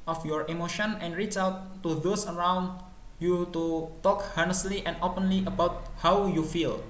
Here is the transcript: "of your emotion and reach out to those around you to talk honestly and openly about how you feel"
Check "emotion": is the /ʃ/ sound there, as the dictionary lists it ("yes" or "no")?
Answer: yes